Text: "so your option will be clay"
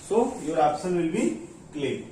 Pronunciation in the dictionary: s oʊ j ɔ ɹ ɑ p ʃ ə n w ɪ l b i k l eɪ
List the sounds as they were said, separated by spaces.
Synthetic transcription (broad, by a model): s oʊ j ɔ ɹ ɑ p s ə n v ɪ l b i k l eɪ